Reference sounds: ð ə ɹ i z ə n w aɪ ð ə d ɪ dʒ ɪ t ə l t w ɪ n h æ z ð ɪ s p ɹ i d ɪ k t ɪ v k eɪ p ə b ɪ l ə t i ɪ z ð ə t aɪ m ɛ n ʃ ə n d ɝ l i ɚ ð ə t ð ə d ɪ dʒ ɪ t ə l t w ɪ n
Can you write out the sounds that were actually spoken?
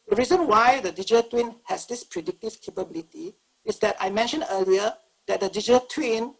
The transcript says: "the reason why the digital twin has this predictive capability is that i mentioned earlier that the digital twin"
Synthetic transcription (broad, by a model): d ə ɹ i z ə n w aɪ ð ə d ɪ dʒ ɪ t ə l t w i n h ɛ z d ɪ s p ɹ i d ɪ k t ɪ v k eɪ p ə b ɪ l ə t i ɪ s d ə t aɪ m ɛ n ʃ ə n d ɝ l i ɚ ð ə t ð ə d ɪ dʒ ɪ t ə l t w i n